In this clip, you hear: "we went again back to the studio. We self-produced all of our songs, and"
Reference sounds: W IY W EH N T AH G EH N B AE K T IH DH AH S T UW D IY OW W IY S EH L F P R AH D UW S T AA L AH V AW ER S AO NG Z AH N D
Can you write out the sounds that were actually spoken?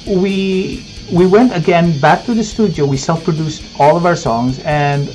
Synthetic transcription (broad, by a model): W IY W EH N T AH G EH N B AE K T IH DH AH S T UW D IY OW W IY S EH L F P R AH D UW S T AA L AH V AW ER S AO NG Z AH N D